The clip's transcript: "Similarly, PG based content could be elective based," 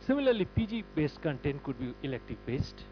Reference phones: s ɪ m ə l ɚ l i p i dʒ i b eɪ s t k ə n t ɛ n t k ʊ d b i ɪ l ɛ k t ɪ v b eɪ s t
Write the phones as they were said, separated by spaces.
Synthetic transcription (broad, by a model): s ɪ m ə l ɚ l i p i dʒ i b eɪ s t k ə n t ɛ n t k ʊ d b i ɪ l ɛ k t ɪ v b eɪ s t